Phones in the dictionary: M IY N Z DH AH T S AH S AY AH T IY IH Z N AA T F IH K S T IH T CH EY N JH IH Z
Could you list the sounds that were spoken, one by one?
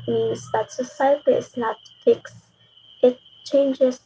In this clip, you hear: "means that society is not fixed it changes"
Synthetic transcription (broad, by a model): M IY N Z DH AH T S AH S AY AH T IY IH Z N AA T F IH K S IH T CH EY N JH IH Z